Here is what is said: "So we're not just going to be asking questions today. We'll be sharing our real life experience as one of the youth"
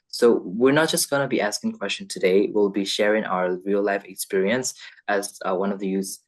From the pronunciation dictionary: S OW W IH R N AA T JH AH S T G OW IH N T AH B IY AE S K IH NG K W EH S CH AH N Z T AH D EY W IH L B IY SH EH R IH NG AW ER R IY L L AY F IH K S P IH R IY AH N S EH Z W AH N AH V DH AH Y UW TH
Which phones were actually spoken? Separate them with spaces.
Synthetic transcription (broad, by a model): S OW W IH R N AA T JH AH S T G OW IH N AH B IY AE S K IH NG K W EH S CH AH N T AH D EY W IH L B IY SH EH R IH NG AW ER R IY L L AY F IH K S P IH R IY AH N S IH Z W AH N AH V DH AH Y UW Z